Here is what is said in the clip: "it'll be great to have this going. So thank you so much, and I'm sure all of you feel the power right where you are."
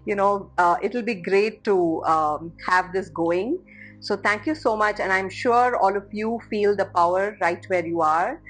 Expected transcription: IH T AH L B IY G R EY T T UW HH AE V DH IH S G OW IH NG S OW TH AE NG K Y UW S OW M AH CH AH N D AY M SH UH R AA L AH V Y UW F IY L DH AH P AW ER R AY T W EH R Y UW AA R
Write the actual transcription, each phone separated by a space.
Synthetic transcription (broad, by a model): IH T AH L B IY G R EY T T UW HH AE V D IH S G OW IH NG S OW T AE NG K Y UW S OW M AH CH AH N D AY M SH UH R AA L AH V Y UW F IY L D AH P AW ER R AY T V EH R Y UW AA R